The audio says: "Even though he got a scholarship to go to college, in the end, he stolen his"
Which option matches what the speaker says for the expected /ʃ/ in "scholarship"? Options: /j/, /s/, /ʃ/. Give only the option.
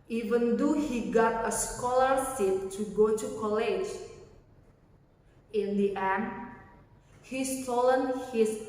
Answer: /s/